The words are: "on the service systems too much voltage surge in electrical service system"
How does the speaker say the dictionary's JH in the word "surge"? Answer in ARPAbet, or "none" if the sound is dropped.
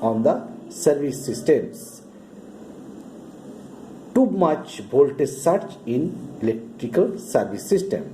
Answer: CH